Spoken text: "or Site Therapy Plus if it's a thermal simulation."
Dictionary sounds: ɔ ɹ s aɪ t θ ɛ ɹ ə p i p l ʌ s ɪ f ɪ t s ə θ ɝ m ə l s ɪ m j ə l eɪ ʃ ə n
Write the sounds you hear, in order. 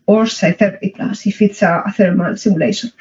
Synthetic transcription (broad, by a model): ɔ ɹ s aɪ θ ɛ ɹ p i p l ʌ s ɪ f ɪ t s ə θ ɝ m ə l s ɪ m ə l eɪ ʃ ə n